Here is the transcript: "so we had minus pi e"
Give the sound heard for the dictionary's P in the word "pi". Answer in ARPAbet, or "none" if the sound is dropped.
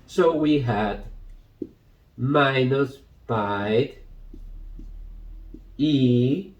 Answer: B